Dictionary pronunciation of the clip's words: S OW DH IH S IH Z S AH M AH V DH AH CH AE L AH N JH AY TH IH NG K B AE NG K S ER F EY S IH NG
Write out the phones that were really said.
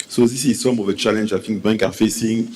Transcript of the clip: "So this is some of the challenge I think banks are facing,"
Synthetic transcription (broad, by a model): S OW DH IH S IH Z S AH M AH V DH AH CH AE L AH N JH AY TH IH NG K B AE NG K ER F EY S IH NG